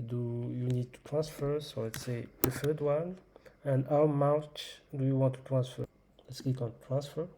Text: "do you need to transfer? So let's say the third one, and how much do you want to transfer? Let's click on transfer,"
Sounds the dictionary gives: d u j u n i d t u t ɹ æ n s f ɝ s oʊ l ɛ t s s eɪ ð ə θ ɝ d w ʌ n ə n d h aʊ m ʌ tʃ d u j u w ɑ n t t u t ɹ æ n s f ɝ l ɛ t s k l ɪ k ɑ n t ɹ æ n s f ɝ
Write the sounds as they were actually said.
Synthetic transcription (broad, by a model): d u j u n i d t u t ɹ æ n s f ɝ s oʊ l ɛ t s s eɪ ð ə f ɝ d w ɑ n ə n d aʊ m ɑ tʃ d u j u w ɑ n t t u t ɹ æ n s f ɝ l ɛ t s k i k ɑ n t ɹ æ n s f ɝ